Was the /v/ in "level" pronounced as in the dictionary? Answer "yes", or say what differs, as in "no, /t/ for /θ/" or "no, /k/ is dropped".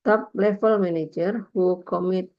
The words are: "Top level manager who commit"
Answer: no, /f/ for /v/